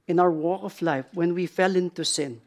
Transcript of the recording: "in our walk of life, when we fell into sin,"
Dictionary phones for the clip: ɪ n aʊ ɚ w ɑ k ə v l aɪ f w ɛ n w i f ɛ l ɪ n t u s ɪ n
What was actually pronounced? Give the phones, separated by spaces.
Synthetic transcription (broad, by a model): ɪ n aʊ ɚ w ɑ k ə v l aɪ f w ɛ n w i f ɛ l ɪ n t u s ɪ n